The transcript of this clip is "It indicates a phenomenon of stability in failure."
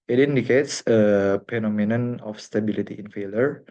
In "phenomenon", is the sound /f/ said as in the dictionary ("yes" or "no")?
no